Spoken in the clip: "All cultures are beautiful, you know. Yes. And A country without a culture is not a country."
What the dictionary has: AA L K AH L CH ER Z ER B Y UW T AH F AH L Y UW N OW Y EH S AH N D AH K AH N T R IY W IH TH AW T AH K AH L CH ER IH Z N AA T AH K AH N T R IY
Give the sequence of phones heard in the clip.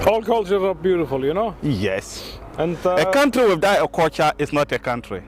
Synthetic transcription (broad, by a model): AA L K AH L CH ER ER B Y UW T AH F AH L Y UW N OW Y EH S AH N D AH K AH N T R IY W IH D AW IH AH K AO CH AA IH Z N AA T AH K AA N T R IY